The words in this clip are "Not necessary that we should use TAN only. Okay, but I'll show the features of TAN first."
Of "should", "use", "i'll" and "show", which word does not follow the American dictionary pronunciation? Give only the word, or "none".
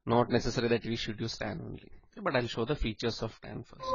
none